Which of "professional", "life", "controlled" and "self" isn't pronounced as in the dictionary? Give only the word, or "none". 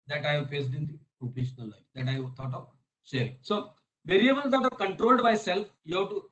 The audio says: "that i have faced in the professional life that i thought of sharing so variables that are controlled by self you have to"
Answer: professional